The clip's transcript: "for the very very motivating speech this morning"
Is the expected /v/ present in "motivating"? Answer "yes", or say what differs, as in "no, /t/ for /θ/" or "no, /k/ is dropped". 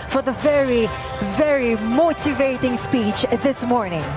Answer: yes